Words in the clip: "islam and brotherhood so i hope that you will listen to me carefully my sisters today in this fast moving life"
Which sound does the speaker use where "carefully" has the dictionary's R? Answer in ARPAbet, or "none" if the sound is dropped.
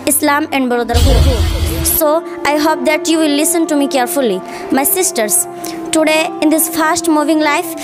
R